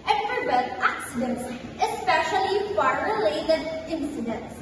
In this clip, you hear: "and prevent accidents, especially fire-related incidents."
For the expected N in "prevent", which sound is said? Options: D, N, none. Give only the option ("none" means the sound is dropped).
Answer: none